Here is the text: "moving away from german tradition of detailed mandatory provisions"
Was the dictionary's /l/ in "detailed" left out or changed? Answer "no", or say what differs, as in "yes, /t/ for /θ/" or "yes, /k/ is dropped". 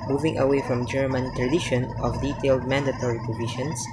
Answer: no